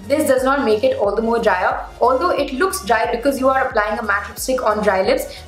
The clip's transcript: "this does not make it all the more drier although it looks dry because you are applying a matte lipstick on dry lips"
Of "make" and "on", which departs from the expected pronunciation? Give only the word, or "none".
none